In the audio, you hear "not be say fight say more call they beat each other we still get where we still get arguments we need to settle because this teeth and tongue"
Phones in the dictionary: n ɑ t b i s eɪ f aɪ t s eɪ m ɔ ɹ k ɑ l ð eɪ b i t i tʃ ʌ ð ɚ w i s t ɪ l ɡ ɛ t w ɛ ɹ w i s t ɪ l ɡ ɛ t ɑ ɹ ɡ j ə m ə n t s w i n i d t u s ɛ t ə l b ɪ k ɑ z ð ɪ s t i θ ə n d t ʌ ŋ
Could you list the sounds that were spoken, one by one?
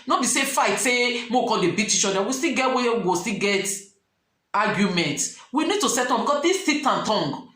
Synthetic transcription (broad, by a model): n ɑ b i s eɪ f aɪ t s eɪ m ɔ k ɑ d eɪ b i t i tʃ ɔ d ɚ w i s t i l ɡ ɛ t w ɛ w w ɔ s t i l ɡ ɛ t ɑ ɡ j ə m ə n t w i n i d t u s ɛ t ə b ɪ k ɑ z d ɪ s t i t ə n t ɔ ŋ